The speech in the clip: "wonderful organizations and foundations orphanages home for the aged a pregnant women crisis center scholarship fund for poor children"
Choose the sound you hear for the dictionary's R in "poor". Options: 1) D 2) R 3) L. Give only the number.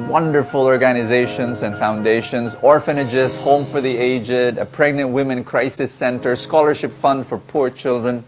2